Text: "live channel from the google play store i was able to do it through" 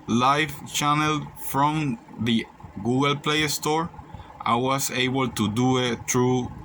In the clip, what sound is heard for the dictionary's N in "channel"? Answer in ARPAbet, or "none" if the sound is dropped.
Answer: N